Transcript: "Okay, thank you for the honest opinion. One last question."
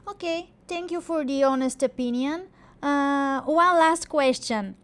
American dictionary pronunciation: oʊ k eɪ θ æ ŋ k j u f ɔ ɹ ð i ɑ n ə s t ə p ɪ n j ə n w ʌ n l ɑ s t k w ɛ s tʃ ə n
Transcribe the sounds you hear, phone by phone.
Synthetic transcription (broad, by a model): oʊ k eɪ t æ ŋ k j u f ɔ ɹ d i ɑ n ə s t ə p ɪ n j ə n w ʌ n l ɑ s t k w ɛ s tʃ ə n